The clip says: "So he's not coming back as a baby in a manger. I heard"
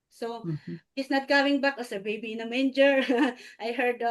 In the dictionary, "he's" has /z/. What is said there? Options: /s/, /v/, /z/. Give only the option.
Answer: /s/